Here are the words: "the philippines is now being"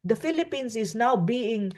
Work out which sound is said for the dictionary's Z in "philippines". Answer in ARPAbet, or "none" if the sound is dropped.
S